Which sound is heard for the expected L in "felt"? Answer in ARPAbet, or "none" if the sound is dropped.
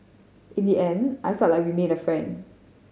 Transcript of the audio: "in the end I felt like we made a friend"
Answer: none